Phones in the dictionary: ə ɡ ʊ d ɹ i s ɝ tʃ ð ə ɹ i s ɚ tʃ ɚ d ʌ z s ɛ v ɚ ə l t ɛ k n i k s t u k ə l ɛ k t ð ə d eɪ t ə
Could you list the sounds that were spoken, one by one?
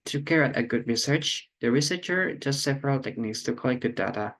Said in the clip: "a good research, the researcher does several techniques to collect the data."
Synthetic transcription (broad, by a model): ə ɡ ʊ d ɹ i s ɝ tʃ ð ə ɹ i s ɚ tʃ ɚ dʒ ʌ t s ɛ v ɚ ə l t ɛ k n i k s t u k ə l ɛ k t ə d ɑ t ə